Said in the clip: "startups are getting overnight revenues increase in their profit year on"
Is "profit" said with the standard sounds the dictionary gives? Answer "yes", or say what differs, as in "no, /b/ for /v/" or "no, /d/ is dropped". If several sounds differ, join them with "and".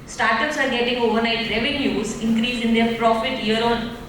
yes